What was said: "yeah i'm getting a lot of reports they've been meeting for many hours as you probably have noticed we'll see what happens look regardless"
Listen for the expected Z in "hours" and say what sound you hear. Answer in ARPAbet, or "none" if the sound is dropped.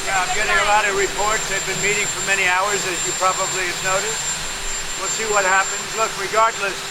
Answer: Z